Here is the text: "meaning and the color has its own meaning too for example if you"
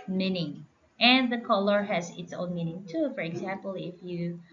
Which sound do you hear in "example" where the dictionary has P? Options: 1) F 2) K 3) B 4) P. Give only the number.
4